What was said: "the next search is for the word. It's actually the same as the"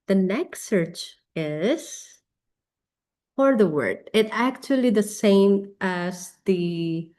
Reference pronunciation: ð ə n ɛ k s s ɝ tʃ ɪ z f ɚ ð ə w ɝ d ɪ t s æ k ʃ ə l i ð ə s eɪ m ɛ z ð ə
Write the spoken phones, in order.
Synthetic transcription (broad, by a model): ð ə n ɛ k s s ɝ tʃ ɪ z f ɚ ð ə w ɝ d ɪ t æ k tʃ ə l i ð ə s eɪ m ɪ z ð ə